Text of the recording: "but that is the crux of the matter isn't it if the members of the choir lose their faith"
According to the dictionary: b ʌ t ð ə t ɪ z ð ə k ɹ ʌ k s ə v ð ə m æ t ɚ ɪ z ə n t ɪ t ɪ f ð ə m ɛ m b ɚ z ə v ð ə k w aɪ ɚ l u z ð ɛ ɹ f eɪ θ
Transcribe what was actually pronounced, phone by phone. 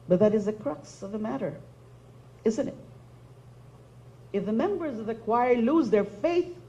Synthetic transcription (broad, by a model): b ʌ t ð ə t ɪ z ð ə k ɹ ʌ k s ə v ð ə m æ t ɚ ɪ z ə n t ɪ t ɪ f ð ə m ɛ m b ɚ z ə v ð ə k w aɪ ɚ l u z ð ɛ ɹ f eɪ θ